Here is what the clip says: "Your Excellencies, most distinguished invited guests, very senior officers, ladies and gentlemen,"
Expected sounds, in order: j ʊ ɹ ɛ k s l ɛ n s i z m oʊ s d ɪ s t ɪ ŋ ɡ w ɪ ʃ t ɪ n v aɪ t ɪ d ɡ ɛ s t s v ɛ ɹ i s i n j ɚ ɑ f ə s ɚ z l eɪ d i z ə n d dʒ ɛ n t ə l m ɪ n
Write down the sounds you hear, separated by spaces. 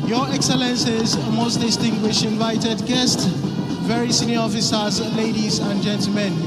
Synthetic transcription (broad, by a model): j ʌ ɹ ɛ k s l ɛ n s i z m oʊ s d ɪ s t ɪ ŋ ɡ w ɪ ʃ t ɪ n v aɪ t ɪ d ɡ ɛ s t s v ɛ ɹ i s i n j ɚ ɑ f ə s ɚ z l eɪ d i z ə n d dʒ ɛ n t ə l m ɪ n